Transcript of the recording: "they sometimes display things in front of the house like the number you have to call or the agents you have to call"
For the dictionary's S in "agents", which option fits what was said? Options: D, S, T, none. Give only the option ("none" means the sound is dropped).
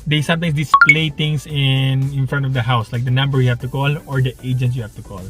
none